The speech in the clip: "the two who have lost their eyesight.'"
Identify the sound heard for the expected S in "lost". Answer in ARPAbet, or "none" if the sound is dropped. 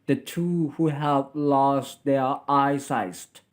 S